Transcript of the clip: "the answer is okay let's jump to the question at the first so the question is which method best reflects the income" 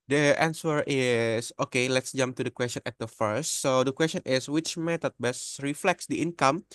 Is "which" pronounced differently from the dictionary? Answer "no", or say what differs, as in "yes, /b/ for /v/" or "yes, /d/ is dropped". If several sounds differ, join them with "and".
no